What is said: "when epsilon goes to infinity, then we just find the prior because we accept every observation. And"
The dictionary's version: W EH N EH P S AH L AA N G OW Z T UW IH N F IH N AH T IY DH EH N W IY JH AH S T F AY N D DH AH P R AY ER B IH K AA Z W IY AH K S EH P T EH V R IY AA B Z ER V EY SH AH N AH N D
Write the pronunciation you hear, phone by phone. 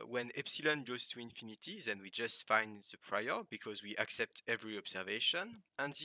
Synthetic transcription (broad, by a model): W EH N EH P S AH L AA N G OW Z T UW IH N F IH N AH T IY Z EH N W IY JH AH S T F AY N D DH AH P R AY ER B IH K AA Z W IY AH K S EH P T EH V R IY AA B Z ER V EY SH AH N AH N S